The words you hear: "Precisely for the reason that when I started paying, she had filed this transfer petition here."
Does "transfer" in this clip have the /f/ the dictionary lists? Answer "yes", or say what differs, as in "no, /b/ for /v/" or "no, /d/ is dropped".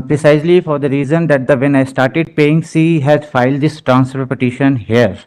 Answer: no, /p/ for /f/